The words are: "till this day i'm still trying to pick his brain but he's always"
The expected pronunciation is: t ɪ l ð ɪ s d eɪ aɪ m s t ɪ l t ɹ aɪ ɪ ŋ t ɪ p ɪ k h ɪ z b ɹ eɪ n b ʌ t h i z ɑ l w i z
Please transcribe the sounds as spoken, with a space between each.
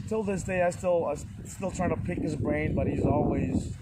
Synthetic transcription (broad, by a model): t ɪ l ð ɪ s d eɪ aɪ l s t ɪ l t ɹ aɪ ɪ ŋ t ɪ p ɪ k h ɪ z b ɹ eɪ n b ʌ t h i z ɑ l w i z